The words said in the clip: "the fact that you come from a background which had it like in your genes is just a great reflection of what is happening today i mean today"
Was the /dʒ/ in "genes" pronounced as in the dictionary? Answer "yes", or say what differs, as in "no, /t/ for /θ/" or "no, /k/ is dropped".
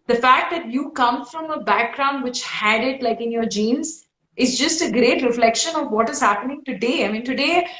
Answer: yes